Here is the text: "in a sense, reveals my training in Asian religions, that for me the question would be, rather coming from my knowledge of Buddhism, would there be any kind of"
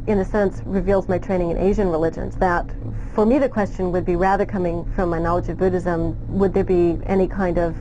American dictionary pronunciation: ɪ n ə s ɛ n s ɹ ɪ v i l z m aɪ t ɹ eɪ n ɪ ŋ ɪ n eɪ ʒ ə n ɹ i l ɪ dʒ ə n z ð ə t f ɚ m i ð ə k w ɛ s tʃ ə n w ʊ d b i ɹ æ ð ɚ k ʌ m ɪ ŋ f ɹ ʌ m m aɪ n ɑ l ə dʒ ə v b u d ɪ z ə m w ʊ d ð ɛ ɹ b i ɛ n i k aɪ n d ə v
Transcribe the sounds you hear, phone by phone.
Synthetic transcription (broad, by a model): ɪ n ə s ɛ n s ɹ ɪ v i l z m aɪ t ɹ eɪ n ɪ ŋ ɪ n eɪ ʒ ə n ɹ i l ɪ dʒ ə n z ð ə t f ɚ m i ð ə k w ɛ s tʃ ə n w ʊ d b i ɹ æ ð ɚ k ʌ m ɪ ŋ f ɹ ʌ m m aɪ n ɑ l ə dʒ ə v b u d ɪ z ə m w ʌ d ð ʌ ɹ b i ɛ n i k aɪ n d ə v